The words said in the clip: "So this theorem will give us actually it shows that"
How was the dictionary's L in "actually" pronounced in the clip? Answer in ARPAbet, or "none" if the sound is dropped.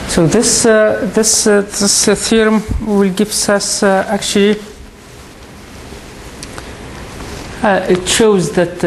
L